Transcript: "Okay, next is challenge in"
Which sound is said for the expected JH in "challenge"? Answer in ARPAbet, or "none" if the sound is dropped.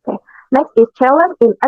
none